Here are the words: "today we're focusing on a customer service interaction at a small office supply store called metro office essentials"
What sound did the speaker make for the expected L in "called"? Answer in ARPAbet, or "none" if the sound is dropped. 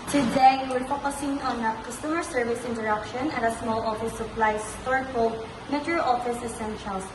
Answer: none